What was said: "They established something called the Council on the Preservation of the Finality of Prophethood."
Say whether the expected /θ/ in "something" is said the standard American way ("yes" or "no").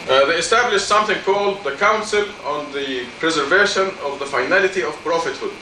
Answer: yes